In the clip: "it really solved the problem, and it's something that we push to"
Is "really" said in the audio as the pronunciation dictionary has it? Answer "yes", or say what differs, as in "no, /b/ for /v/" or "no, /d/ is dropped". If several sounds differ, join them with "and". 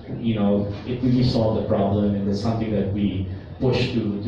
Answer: no, /w/ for /l/